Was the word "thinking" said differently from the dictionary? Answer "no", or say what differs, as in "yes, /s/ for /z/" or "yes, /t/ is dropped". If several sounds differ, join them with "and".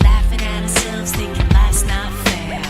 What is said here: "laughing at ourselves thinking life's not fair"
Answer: yes, /t/ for /θ/ and /ŋ/ is dropped